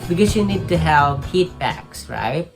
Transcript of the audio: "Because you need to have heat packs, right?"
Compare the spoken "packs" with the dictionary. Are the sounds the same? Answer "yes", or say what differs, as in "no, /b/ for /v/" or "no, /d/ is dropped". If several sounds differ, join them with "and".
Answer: no, /b/ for /p/